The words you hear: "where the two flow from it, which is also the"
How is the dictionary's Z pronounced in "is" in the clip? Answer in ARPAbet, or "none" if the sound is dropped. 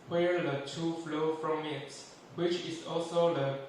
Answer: S